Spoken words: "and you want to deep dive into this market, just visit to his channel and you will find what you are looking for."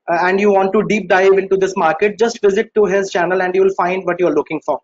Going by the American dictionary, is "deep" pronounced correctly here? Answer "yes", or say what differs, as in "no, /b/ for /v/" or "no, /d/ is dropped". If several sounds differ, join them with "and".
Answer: yes